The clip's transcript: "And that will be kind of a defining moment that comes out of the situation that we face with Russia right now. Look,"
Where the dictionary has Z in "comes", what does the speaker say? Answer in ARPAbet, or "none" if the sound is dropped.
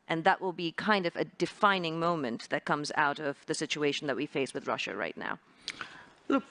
Z